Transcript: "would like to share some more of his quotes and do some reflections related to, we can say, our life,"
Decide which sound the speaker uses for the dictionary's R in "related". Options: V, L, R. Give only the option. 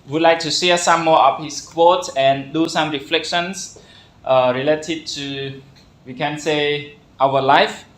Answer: R